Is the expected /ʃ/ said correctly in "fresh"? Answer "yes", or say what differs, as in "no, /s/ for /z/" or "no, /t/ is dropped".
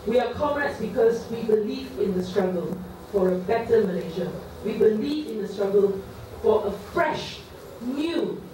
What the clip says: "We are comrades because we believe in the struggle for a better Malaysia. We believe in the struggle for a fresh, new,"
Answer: yes